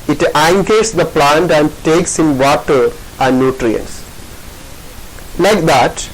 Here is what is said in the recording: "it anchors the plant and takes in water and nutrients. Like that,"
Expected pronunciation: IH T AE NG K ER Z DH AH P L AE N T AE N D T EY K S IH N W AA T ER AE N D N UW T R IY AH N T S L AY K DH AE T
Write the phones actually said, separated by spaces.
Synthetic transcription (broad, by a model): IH T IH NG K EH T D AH P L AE N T AE N D T EY K S IH N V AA T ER AE N D N UW T R IY AH N T S L AY K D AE T